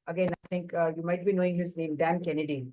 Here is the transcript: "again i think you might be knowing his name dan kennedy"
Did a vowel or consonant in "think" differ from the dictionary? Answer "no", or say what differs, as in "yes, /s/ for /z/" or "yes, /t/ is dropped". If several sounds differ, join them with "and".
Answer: yes, /t/ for /θ/